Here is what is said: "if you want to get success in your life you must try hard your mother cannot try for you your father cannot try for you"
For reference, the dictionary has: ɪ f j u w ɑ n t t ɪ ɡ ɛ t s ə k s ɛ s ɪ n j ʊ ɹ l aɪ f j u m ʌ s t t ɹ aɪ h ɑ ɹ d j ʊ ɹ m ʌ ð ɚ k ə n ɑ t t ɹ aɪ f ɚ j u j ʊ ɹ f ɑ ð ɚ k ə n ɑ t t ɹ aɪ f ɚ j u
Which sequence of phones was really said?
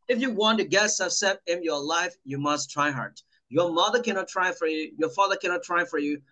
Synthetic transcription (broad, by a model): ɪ f j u w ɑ n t t ɪ ɡ ɛ t s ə s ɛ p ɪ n j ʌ ɹ l aɪ f j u m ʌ s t t ɹ aɪ h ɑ ɹ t j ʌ ɹ m ʌ ð ɚ k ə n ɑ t t ɹ aɪ f ɚ j u j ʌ ɹ f ɑ ð ɚ k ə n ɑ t t ɹ aɪ f ɚ j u